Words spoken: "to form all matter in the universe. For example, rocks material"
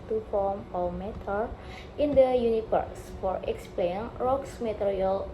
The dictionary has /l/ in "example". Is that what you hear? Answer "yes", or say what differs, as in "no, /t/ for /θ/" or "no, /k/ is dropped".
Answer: no, /n/ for /l/